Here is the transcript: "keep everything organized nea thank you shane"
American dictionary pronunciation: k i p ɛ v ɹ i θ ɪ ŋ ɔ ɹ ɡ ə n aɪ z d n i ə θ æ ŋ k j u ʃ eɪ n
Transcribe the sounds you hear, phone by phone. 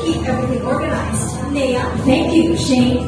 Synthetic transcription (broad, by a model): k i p ɛ v ɹ i θ ɪ ŋ ɔ ɹ ɡ ə n aɪ z d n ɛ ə θ æ ŋ k j u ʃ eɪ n